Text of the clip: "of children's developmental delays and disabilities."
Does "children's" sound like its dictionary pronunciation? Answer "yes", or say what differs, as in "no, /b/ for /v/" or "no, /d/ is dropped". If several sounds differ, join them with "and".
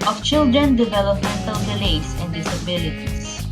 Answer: no, /z/ is dropped